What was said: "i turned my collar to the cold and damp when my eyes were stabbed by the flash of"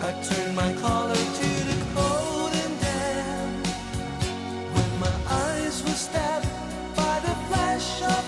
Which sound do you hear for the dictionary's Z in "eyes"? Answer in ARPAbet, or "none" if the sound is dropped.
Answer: Z